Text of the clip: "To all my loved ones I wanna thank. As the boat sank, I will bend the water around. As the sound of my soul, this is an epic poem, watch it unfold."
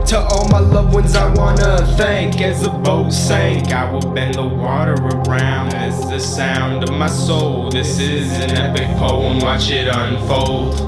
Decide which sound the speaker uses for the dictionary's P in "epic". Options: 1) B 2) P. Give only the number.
1